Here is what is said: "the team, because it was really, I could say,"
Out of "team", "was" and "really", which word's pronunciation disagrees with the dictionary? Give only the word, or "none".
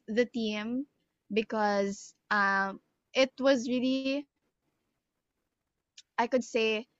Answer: none